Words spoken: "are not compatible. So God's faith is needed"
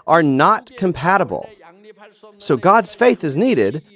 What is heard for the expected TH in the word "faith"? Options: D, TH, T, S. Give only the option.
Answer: TH